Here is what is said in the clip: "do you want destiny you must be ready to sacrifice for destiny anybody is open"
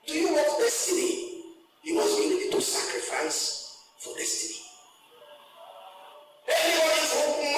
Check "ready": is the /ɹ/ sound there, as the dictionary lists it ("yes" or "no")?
no